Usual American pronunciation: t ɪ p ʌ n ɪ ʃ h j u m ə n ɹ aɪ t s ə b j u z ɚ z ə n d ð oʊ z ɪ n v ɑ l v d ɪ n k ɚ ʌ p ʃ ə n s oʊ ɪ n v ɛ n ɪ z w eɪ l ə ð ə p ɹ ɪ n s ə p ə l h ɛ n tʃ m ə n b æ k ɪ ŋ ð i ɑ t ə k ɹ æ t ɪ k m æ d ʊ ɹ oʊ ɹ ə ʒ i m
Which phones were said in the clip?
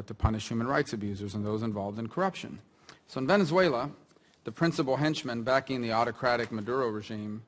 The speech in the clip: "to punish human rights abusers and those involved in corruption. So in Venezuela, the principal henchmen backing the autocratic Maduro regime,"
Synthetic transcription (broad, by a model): t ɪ p ʌ n ɪ ʃ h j u m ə n ɹ aɪ t s ə b j u z ɚ z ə n ð oʊ z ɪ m v ɑ l v d ɪ n k ɚ ʌ p ʃ ə n s oʊ ɪ n v ɛ n ɪ z w eɪ l ə ð ə p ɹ ɪ n s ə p l h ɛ n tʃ m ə n b æ k ɪ ŋ ð i ɑ t ə k ɹ æ t ɪ k m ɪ d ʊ ɹ oʊ ɹ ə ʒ i m